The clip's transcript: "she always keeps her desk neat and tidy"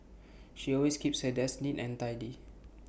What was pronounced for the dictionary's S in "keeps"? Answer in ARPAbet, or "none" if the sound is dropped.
S